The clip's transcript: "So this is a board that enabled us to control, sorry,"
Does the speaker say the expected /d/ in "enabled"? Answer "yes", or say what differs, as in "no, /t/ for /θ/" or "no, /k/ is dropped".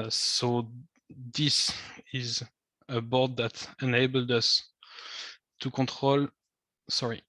yes